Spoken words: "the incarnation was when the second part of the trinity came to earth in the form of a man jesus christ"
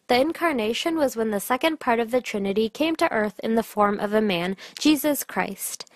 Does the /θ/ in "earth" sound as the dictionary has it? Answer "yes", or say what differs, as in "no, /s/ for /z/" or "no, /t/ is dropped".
yes